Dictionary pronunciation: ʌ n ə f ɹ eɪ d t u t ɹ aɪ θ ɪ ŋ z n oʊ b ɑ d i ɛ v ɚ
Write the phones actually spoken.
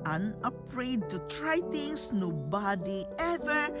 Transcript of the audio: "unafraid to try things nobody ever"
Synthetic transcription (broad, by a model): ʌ n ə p ɹ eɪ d t u t ɹ aɪ t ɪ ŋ s n oʊ b ɑ d i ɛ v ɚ